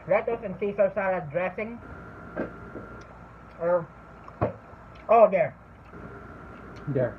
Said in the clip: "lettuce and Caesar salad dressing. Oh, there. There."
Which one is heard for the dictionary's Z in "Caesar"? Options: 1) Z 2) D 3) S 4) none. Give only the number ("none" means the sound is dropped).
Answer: 3